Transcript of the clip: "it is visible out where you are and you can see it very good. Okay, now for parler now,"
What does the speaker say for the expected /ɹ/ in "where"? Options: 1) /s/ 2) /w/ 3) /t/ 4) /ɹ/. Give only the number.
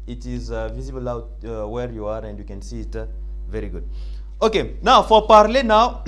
4